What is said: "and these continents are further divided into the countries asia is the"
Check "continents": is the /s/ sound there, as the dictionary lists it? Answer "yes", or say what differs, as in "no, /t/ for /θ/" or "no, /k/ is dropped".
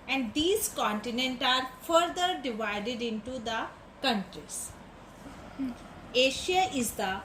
no, /s/ is dropped